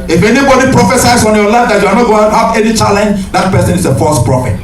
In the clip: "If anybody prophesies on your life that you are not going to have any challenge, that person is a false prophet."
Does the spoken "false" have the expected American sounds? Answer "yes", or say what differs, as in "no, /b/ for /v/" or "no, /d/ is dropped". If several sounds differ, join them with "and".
no, /l/ is dropped